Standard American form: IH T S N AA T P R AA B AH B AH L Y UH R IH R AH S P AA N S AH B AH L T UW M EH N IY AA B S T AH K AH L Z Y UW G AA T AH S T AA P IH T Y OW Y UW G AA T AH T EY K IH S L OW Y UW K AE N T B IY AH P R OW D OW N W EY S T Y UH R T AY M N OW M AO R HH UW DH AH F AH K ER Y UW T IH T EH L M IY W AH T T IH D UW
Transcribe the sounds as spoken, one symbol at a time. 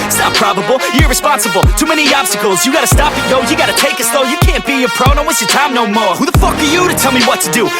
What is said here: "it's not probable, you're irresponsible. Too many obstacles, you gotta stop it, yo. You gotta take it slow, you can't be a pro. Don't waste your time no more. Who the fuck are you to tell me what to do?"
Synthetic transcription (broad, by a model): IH T S N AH T P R AA B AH B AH L Y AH R R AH S P AA N S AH B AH L T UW M EH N IY AA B S T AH K L Z Y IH G AA T AH S T AA P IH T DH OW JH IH G AA T AH T EY K IH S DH OW Y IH K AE N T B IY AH P R OW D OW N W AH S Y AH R T AY M N OW M AO R HH UW DH AH F AH K ER Y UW T IH T EH L M IY W AH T T IH D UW